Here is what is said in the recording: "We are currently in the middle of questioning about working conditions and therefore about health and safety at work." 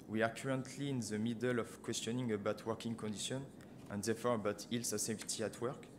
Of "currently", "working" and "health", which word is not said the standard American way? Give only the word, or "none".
health